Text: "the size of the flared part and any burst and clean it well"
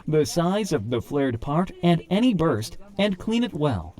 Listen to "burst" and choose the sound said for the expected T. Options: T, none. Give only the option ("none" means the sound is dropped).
T